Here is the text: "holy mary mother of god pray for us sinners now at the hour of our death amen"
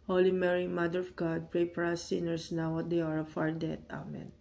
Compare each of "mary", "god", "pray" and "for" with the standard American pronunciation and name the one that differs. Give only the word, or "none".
for